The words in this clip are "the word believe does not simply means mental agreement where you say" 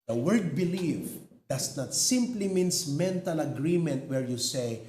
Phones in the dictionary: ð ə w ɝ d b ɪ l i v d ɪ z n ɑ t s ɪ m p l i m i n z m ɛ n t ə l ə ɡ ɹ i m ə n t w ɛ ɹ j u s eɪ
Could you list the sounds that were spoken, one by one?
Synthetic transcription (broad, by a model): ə w ɝ d b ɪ l i f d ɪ s n ɑ t s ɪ m p l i m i n s m ɛ n t ə l ə ɡ ɹ i m ə n t w ɛ ɹ j u s eɪ